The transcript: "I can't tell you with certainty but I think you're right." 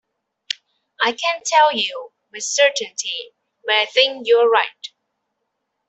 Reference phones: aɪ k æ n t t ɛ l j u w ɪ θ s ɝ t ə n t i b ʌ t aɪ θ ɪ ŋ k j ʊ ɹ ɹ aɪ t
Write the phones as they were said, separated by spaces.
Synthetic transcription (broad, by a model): aɪ k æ n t t ɛ l j u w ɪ s ɝ t ə n t i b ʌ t aɪ θ ɪ ŋ k j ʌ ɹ ɹ aɪ t